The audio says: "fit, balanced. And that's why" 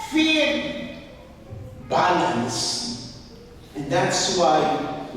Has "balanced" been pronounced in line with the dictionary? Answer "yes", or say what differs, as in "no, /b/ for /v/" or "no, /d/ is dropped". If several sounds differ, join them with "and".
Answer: no, /t/ is dropped